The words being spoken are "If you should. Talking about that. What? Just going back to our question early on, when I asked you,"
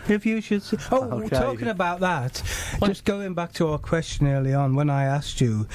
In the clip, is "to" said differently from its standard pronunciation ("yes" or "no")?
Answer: no